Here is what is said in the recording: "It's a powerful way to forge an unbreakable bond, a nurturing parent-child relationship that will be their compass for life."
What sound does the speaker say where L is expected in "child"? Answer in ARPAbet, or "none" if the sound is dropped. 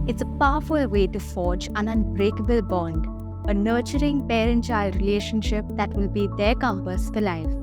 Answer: L